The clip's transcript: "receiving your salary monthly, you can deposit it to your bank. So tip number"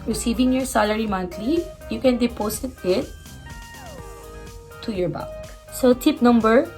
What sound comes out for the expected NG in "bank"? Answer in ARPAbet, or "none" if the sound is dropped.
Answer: none